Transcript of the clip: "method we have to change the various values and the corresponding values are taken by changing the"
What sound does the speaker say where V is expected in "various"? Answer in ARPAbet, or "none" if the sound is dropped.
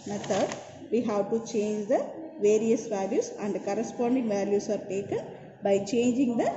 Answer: V